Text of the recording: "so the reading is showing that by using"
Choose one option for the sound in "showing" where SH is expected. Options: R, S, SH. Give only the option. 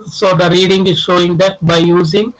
SH